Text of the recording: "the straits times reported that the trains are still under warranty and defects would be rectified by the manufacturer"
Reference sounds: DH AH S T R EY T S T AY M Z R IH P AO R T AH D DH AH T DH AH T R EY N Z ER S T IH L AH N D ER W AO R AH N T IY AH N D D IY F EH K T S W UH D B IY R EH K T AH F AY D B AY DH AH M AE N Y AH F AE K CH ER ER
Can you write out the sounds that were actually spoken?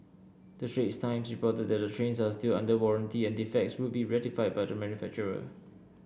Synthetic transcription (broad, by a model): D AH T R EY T S T AY M S R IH P AO T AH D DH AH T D AH T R EY N S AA S T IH L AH N D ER W AO R AH N T IY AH N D D IY F EH K T S W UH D B IY R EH T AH F AY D B AY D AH M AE N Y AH F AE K CH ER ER